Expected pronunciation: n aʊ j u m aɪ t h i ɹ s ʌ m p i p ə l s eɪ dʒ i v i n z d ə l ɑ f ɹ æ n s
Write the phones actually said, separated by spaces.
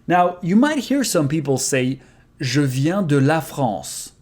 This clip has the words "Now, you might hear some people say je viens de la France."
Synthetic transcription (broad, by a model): n aʊ j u m aɪ t h i ɹ s ʌ m p i p l s eɪ ʒ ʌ v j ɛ d ə l ɑ f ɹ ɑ s